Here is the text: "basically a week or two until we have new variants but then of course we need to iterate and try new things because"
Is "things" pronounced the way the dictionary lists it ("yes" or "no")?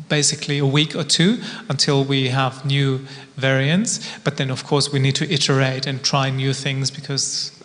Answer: yes